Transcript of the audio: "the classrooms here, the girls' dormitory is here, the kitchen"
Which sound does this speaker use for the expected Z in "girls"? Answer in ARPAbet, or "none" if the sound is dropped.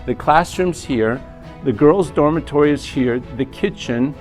Z